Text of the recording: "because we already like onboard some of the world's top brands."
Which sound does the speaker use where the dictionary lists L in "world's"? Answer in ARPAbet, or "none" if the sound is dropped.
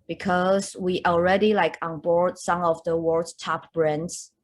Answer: none